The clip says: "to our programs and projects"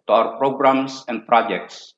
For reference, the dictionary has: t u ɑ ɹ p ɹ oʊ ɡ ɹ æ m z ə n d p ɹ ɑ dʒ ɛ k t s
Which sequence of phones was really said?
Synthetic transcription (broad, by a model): t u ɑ w p ɹ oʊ ɡ ɹ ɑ m s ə n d p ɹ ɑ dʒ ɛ k t s